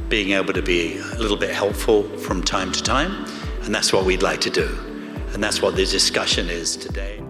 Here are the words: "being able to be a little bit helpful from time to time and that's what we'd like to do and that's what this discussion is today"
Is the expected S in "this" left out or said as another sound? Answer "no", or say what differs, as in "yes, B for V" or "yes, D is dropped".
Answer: yes, S is dropped